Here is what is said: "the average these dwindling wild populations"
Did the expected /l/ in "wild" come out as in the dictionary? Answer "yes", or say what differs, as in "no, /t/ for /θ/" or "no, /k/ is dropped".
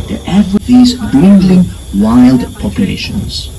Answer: yes